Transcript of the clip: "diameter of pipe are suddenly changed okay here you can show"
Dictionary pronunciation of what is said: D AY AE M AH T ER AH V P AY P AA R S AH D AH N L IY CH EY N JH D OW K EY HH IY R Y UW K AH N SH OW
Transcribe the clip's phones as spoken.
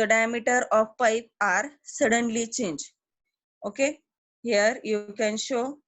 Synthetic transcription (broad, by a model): D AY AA M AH T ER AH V P AY P AA R S AH D AH N L IY CH EY N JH OW K EY HH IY R Y UW K AH N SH OW